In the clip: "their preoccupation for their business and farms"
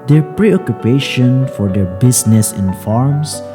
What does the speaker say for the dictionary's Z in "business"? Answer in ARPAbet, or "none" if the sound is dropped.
S